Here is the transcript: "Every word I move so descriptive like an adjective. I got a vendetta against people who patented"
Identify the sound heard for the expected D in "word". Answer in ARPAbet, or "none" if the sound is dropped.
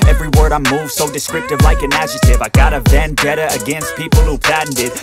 D